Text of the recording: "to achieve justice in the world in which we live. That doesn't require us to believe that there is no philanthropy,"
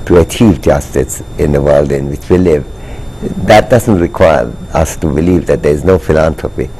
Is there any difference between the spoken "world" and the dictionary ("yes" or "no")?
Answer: no